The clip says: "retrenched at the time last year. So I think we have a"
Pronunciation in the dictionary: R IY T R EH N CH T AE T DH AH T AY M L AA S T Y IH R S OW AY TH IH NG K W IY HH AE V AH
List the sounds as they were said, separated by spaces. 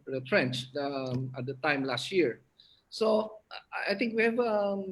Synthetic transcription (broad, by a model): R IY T R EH N CH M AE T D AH T AY M L AA S T Y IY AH S OW AY T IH NG K W IY HH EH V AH